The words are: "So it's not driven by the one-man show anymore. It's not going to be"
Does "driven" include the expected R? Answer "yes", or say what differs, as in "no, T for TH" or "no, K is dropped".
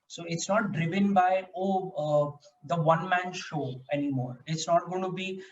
yes